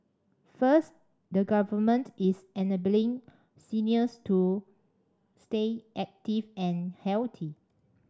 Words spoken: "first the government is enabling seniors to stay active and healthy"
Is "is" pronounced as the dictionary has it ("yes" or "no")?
no